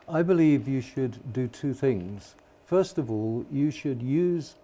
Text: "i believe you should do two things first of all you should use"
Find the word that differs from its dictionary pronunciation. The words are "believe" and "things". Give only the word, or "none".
none